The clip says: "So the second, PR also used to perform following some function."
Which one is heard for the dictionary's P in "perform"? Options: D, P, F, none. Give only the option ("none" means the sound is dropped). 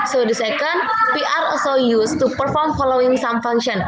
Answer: P